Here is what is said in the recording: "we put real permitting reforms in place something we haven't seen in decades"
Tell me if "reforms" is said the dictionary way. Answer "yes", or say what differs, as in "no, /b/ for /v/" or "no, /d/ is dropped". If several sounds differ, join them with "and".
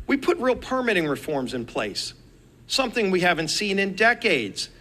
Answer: yes